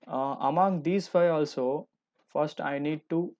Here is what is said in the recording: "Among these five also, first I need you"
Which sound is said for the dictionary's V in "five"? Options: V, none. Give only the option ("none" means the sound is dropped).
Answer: none